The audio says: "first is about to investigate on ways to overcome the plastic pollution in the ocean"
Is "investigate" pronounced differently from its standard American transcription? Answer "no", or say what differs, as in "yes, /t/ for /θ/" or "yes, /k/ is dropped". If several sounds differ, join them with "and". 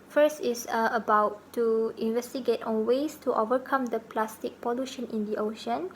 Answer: no